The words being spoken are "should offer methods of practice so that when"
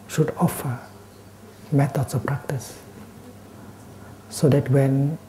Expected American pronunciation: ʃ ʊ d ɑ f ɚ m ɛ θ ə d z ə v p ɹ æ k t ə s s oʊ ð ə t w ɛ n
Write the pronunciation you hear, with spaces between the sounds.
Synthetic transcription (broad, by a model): ʃ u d ɑ f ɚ m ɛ t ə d s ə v p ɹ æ k t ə s s oʊ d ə t w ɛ n